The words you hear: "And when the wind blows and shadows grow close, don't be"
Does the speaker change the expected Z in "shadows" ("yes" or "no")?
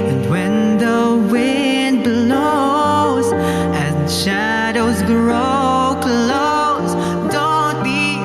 no